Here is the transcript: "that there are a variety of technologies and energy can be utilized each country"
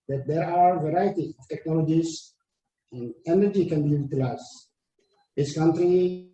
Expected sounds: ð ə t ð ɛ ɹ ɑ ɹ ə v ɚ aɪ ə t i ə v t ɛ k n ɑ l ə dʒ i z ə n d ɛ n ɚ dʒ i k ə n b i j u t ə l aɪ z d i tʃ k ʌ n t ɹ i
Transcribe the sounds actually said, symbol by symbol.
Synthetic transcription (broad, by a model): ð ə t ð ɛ ɹ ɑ w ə v ɚ aɪ ə t i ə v t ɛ k n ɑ l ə dʒ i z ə n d ɛ n ɚ dʒ i k ə n b i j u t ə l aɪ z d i s k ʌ n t ɹ i